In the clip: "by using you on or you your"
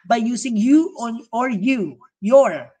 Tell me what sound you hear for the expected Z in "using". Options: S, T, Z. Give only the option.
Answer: S